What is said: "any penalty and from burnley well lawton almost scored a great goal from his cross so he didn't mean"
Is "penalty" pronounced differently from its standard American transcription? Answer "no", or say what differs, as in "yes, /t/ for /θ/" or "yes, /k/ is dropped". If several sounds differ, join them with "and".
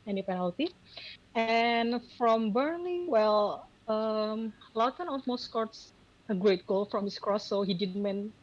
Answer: no